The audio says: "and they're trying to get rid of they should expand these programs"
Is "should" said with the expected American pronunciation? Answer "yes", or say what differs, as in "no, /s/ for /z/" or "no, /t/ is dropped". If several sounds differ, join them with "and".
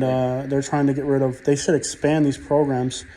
no, /s/ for /ʃ/